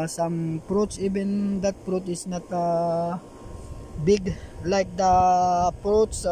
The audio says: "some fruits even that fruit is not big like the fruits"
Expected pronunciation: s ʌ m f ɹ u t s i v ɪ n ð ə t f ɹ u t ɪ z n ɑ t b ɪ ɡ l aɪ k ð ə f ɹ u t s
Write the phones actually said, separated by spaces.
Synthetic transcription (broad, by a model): s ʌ m p ɹ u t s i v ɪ n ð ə t p ɹ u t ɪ s n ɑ t b ɪ ɡ l aɪ k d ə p ɹ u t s